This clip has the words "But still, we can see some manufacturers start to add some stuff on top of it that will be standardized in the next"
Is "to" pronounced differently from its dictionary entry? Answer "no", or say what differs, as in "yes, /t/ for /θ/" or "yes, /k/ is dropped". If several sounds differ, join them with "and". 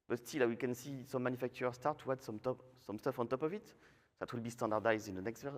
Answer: yes, /s/ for /t/